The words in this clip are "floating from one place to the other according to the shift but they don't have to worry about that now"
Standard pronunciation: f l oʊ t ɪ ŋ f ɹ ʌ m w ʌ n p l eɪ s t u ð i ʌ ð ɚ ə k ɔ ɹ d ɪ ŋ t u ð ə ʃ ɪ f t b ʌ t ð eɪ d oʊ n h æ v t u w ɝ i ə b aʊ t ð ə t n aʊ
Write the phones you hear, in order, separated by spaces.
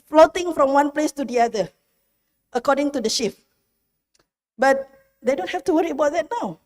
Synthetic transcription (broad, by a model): f l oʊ t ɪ ŋ f ɹ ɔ m w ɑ n p l eɪ s t u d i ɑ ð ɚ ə k ɔ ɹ d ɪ ŋ t u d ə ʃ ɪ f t b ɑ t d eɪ d oʊ n h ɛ f t u w ɝ i ə b aʊ t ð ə t n aʊ